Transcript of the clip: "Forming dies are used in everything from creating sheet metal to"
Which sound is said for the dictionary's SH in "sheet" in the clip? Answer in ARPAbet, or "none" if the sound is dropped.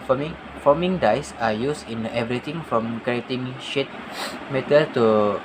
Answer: SH